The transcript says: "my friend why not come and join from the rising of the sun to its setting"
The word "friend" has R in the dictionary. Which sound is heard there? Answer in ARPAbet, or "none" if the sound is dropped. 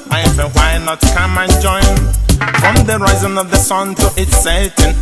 none